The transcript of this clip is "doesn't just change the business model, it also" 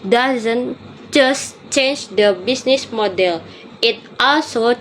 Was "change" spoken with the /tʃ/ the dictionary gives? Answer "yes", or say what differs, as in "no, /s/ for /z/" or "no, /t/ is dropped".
yes